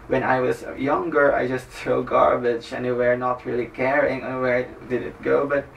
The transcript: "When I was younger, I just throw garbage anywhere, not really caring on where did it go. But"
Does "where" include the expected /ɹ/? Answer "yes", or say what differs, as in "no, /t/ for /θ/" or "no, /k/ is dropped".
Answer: yes